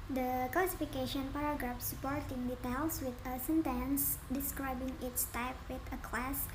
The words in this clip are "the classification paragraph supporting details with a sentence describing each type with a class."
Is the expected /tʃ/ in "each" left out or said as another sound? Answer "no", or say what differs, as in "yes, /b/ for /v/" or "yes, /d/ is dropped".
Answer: yes, /s/ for /tʃ/